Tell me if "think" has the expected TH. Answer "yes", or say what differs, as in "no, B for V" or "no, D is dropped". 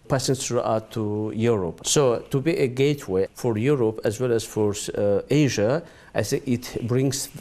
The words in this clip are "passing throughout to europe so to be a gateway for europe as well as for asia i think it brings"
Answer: no, S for TH